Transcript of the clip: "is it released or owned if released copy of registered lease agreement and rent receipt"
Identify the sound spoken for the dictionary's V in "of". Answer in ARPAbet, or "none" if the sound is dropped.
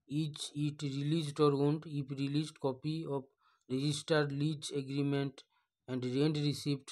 P